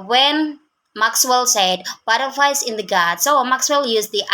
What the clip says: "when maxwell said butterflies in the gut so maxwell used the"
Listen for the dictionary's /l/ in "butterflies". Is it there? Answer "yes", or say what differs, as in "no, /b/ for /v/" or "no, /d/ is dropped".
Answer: no, /l/ is dropped